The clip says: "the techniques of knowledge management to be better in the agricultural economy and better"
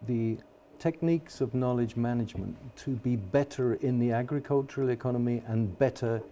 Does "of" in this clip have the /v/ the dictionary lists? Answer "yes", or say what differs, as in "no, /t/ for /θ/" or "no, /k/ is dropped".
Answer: yes